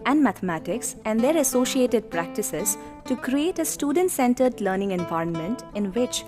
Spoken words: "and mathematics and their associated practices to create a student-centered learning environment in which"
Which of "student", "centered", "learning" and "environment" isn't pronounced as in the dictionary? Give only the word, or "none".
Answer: none